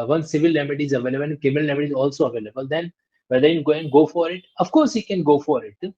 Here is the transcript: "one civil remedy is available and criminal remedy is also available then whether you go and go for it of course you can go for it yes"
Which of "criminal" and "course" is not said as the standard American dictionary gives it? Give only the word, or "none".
criminal